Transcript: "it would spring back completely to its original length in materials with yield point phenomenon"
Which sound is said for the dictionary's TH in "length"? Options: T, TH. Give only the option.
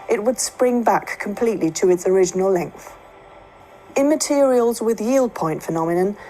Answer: TH